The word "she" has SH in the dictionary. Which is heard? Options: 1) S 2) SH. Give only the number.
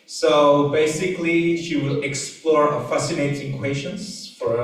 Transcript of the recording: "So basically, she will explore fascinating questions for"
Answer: 2